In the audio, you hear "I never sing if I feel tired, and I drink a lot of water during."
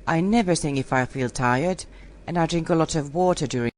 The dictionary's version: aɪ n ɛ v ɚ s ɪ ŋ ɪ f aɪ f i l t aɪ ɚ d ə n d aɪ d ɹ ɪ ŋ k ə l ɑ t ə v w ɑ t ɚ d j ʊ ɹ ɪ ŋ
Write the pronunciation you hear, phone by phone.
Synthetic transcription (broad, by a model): aɪ n ɛ v ɚ θ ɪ ŋ ɪ f aɪ f i l t aɪ ɚ d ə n aɪ d ɹ ɪ ŋ k ə l ɑ t ə v w ɑ t ɚ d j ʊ ɹ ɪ